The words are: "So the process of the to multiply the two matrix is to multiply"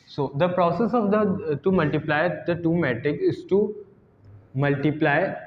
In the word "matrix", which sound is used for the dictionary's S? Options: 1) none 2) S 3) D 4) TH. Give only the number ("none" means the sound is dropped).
1